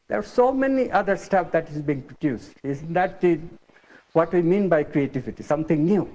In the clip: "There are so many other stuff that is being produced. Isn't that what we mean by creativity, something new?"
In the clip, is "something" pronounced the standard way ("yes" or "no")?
no